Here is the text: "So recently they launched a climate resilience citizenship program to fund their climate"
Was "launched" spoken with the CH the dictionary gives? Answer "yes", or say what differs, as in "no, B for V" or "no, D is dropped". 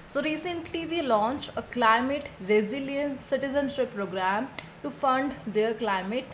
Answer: yes